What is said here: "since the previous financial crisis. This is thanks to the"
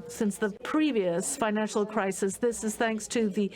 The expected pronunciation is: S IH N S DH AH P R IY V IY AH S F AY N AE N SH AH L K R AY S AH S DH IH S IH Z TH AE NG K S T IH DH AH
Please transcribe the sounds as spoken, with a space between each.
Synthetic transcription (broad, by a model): S IH N S DH AH P R IY V IY AH S F AY N AE N SH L K R AY S AH S DH IH S IH Z TH AE NG K S T IH DH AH